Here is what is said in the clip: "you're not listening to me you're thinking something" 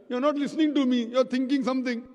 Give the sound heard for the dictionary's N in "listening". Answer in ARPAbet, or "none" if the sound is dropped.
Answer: N